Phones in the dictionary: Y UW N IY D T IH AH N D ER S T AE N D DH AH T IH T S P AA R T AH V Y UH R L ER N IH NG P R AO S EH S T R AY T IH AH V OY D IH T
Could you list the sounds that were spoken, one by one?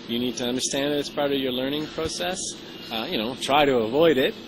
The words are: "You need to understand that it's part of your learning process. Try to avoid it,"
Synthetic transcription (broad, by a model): Y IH N IY D T IH AH N D ER S T AE N D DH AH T IH T S P AA R T AH V Y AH R L ER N IH NG P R AO S EH S T R AY T IH AH V OY D IH T